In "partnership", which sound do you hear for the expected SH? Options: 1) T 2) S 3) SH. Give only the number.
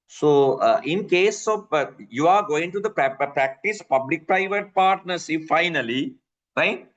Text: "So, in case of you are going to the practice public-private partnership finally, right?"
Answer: 2